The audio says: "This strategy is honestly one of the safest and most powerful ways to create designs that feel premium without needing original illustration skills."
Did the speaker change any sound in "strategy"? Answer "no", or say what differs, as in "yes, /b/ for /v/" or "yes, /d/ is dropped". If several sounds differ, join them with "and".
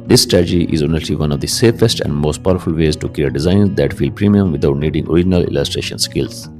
yes, /ɹ/ is dropped